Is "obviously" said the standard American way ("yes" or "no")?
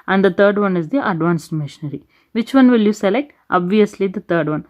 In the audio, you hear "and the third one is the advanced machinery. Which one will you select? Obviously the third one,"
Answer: yes